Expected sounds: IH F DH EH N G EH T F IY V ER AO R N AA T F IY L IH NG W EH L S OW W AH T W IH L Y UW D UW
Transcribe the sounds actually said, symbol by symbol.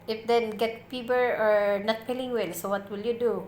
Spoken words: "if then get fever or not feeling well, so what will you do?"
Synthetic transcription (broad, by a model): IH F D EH N G EH T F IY B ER AO R N AA T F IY L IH NG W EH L S OW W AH T W IH L Y UW D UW